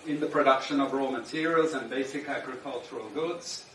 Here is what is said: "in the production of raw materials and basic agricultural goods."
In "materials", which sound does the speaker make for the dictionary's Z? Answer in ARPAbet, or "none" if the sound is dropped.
Z